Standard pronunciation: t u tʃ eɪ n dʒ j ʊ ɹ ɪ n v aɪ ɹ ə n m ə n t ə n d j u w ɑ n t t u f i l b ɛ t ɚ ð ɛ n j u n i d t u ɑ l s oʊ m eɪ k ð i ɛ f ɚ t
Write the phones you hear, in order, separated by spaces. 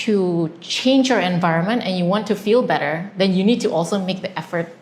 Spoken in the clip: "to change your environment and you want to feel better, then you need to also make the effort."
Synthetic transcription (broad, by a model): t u tʃ eɪ n dʒ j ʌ ɹ ɪ n v aɪ ɹ ə n m ə n t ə n j u w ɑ n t t u f i l b ɛ t ɚ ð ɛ n j u n i d t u ɑ l s oʊ m eɪ k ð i ɛ f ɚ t